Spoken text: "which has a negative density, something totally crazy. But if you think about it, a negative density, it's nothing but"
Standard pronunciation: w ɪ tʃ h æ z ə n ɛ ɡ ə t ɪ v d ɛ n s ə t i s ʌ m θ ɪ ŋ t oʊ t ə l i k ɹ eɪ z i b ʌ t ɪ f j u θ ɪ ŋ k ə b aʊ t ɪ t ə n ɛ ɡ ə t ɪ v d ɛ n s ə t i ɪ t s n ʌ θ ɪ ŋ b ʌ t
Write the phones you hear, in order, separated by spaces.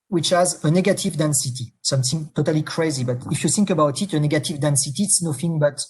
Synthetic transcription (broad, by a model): w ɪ tʃ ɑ z ə n ɛ ɡ ə t ɪ v d ɛ n s ə t i s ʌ m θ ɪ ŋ t oʊ t ə l i k ɹ eɪ z i b ʌ t ɪ f j u θ ɪ ŋ k ə b aʊ t ɪ t ə n ɛ ɡ ə t ɪ v d ɛ n s ə t i t s n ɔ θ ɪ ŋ b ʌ t